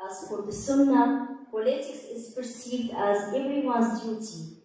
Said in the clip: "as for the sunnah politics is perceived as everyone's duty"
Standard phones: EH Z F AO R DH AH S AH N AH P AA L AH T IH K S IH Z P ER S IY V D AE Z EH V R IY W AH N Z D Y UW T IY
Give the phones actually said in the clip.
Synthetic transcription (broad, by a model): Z F AO R DH AH S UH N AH P AA L AH T IH K S IH Z P ER S IY V D AE Z EH V R IY W AH N Z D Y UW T IY